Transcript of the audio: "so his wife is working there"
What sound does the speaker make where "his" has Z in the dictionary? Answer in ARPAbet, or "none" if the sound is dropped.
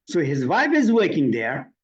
Z